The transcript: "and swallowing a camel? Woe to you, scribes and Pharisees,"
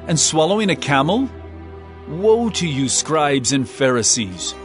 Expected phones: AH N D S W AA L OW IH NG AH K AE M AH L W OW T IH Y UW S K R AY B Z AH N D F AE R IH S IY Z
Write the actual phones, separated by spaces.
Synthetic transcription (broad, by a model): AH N S W AA L OW IH NG AH K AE M L W OW T IH Y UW S K R AY B Z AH N F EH R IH S IY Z